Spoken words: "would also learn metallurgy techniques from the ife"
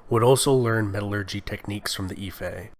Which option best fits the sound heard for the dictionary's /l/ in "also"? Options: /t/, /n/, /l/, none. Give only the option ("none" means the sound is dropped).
/l/